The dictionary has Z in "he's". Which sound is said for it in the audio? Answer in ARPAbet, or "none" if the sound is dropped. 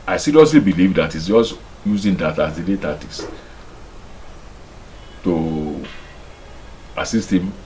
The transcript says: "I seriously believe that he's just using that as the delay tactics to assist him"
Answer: S